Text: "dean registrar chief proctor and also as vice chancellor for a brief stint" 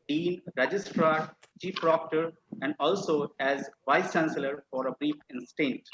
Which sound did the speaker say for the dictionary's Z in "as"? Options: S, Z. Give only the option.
Z